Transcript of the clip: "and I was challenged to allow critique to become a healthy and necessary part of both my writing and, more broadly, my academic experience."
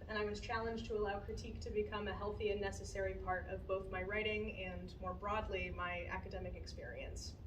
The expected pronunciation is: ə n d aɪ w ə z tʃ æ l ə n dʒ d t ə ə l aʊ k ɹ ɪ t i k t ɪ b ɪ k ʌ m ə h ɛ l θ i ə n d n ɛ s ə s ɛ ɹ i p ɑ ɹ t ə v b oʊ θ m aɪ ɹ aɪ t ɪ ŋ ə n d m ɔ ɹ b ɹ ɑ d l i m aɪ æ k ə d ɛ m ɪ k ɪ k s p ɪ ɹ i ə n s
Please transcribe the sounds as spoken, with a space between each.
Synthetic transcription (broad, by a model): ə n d aɪ w ə z tʃ æ l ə n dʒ t ə ə l aʊ k ɹ ɪ t i k t ɪ b ɪ k ʌ m ə h ɛ l θ i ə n n ɛ s ə s ɛ ɹ i p ɑ ɹ t ə v b oʊ θ m aɪ ɹ aɪ t ɪ ŋ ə n m ɔ ɹ b ɹ ɑ d l i m aɪ æ k ə d ɛ m ɪ k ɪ k s p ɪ ɹ i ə n s